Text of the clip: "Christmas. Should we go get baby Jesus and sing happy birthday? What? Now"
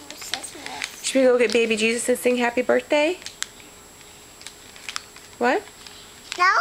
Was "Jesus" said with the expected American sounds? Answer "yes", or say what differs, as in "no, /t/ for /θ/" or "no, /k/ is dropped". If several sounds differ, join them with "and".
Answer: yes